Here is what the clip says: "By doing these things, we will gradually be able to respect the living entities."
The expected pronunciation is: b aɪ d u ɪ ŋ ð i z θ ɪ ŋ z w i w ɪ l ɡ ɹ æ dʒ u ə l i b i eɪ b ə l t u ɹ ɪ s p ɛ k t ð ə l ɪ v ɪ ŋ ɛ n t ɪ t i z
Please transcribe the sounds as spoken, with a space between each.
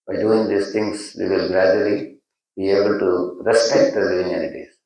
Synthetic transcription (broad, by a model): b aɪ d u ɪ ŋ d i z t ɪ ŋ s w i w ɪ l ɡ ɹ æ dʒ u ə l i b i eɪ b ə l t u ɹ ɪ s p ɛ k t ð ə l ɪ ɪ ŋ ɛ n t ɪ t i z